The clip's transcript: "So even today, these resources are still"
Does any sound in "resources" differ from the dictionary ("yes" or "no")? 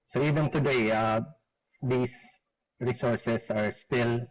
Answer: yes